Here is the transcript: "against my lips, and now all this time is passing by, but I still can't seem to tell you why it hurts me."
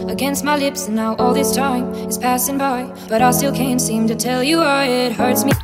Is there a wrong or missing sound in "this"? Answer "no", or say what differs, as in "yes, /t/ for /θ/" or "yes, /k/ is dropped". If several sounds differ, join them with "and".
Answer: no